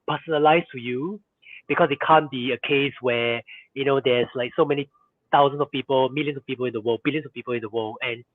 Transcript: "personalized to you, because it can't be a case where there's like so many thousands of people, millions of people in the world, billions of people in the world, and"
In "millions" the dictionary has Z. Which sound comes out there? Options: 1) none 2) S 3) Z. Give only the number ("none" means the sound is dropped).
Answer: 2